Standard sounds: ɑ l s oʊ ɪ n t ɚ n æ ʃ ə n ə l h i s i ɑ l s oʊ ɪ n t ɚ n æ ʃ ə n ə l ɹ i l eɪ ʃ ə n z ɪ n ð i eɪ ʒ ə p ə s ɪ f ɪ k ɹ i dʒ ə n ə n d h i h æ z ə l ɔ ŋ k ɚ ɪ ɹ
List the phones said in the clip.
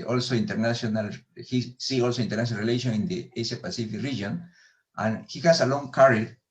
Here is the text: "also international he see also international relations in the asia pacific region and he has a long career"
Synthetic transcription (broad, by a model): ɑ l s oʊ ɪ n t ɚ n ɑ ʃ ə n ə l h i s i ɑ l s oʊ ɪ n t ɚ n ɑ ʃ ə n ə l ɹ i l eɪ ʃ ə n ɪ n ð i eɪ s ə p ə s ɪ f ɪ k ɹ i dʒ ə n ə n h i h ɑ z ə l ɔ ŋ k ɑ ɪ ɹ